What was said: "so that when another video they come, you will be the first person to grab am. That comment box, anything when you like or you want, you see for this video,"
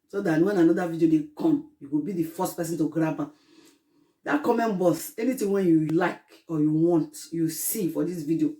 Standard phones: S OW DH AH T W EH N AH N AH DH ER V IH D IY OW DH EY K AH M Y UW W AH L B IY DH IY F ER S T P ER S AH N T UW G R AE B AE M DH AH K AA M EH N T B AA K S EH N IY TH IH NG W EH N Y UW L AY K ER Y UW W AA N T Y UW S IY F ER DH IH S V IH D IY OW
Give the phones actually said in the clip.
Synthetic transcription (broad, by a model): S OW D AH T W EH N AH N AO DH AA V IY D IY OW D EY K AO M Y UW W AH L B IY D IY F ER S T P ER S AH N T UW G R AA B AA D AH K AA M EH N B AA S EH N IY T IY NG W EH N Y UW L AY K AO Y UW W AA N T Y UW S IY F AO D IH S V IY D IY OW